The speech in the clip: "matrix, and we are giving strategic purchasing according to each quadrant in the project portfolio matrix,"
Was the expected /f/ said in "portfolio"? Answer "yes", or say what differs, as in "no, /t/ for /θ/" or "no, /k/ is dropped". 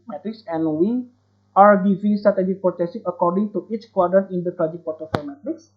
no, /f/ is dropped